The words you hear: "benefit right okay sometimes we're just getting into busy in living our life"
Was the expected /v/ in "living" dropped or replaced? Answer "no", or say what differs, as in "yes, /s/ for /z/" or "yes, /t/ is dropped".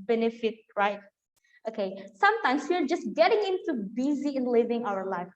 no